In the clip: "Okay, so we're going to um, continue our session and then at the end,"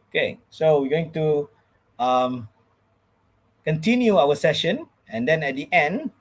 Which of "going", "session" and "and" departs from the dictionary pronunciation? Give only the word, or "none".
none